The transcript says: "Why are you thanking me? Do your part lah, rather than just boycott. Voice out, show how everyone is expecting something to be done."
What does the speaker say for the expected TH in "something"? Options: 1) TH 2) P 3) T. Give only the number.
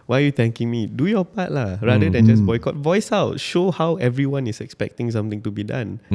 3